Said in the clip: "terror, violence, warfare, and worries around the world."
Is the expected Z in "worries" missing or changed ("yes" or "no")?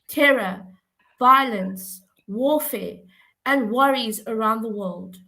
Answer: no